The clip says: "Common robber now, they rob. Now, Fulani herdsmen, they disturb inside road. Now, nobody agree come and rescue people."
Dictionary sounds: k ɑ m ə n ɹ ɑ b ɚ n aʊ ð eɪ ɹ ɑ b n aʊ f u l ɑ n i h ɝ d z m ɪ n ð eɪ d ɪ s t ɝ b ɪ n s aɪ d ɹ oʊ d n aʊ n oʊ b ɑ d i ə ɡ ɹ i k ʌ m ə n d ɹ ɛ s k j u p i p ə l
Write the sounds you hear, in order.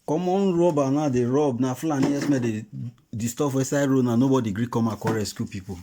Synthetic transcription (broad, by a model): k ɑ m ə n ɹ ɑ b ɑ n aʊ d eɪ ɹ ɑ b n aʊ f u l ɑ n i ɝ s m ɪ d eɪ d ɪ s t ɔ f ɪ s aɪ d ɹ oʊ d n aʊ n oʊ b ɑ d i ɡ ɹ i k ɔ m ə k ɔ ɹ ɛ s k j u p i p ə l